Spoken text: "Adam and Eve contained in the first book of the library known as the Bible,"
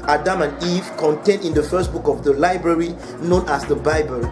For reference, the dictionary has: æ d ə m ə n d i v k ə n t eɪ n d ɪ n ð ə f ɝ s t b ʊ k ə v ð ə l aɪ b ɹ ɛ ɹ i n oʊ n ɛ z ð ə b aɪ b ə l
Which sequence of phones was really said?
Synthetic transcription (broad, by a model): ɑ d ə m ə n i v k ə n t eɪ n d ɪ n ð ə f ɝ s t b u k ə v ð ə l aɪ b ɹ ɛ ɹ i n oʊ n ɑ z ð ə b aɪ b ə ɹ